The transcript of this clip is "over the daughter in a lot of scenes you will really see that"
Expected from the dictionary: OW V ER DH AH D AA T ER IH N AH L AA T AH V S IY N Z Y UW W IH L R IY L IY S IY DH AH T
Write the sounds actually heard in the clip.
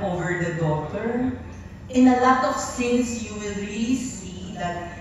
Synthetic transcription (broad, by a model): OW V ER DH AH D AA T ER IH N AH L AA T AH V TH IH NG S Y UW W IH L R IY L IY S IY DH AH T